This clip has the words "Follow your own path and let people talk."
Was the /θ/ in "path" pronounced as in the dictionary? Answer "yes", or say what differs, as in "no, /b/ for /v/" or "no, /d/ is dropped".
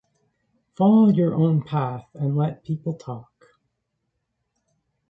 yes